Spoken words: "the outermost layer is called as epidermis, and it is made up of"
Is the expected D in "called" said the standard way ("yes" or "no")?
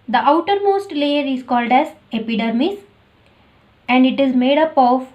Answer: yes